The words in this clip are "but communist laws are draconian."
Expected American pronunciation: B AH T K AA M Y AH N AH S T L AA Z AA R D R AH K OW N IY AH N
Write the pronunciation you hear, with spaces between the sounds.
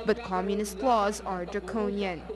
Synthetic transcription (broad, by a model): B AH T K AA M Y AH N AH S T L AA Z AA R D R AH K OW N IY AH N